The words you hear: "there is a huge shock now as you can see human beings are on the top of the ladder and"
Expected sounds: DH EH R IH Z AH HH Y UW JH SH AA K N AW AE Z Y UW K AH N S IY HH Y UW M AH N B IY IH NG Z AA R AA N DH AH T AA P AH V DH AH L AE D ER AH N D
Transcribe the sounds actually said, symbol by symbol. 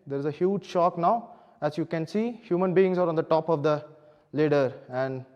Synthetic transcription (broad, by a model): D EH R IH Z AH HH Y UW JH SH AA K N AW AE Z Y UW K AH N S IY HH Y UW M AH N B IY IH NG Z AA R AA N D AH T AA P AH V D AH L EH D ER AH N D